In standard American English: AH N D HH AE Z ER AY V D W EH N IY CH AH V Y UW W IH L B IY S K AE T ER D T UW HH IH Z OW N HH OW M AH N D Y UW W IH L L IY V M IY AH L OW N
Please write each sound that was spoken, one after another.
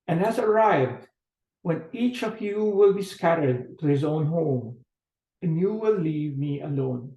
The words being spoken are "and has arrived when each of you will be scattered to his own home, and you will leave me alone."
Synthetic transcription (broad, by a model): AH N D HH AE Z ER AY V D W EH N IY CH AH V Y UW W IH L B IY S K AE T ER D T UW HH IH Z OW N HH OW M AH N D Y UW W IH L L IY V M IY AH L OW N